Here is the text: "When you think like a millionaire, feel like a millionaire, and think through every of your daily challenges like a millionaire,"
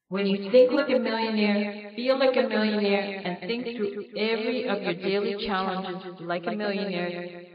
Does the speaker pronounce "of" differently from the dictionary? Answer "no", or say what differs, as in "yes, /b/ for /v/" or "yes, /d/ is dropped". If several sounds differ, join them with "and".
no